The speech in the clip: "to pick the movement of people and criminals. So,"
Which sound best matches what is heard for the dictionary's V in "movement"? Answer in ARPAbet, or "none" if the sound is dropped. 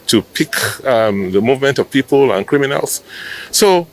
V